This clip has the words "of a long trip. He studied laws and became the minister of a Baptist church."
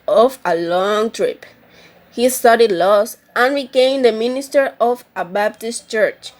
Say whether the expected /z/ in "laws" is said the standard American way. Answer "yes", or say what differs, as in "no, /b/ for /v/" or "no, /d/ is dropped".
no, /s/ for /z/